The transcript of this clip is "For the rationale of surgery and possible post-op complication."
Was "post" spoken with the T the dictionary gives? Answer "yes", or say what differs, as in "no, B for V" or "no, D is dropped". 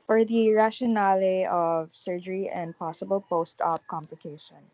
yes